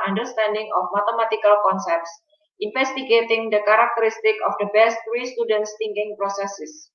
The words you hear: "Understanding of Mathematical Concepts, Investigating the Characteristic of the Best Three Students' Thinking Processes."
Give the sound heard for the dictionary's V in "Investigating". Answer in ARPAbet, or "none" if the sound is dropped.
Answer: F